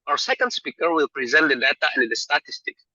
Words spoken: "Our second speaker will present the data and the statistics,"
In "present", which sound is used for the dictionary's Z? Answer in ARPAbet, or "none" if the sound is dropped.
Z